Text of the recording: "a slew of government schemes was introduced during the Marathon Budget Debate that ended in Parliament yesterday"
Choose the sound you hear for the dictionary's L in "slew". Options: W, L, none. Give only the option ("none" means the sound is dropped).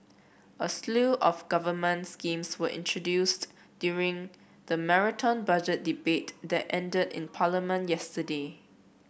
L